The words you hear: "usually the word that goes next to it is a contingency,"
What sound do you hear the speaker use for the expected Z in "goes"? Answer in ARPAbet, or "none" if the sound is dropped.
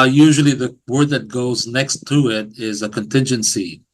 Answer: Z